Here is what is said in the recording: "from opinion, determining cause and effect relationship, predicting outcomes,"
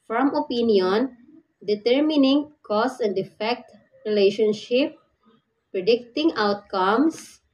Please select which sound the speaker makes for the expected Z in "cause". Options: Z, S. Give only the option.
S